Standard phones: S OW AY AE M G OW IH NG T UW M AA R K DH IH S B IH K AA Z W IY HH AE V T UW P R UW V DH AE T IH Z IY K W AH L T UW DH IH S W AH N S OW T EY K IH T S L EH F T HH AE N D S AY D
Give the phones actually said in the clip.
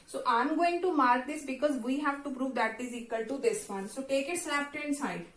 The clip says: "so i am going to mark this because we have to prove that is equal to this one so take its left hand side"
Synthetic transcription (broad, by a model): S OW AY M G OW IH NG T UW M AA R K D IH S B IH K AA Z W IY HH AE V T UW P R UW V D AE T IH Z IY K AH L T UW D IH S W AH N S OW T EY K IH T S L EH P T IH N S AY D